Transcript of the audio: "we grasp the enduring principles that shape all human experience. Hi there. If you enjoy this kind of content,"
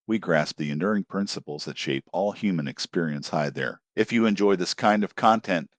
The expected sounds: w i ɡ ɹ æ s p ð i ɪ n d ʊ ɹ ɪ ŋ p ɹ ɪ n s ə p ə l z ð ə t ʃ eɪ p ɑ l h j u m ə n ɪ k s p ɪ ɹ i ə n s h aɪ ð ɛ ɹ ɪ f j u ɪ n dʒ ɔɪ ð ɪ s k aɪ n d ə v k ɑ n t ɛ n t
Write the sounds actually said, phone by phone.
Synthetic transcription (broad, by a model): w i ɡ ɹ æ s p ð i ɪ n d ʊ ɹ ɪ ŋ p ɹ ɪ n s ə p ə l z ð ə t ʃ eɪ p ɑ l h j u m ə n ɪ k s p ɪ ɹ i ə n s h aɪ ð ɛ ɹ ɪ f j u ɪ n dʒ ɔɪ ð ɪ s k aɪ n d ə v k ɑ n t ɛ n t